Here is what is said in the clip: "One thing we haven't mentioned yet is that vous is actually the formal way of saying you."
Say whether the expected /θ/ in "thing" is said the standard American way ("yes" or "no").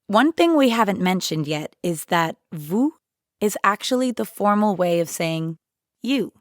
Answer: yes